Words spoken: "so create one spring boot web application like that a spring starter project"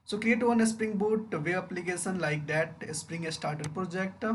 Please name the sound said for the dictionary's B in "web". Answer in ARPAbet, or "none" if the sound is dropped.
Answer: none